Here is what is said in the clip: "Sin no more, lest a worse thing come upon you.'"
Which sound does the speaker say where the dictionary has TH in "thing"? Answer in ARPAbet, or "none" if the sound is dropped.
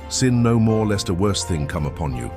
TH